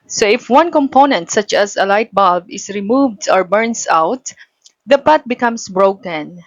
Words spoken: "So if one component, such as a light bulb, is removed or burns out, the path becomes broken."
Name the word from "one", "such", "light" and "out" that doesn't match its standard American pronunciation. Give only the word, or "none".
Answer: none